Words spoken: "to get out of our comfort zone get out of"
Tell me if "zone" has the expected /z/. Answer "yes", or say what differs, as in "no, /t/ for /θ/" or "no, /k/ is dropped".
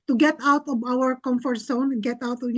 no, /s/ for /z/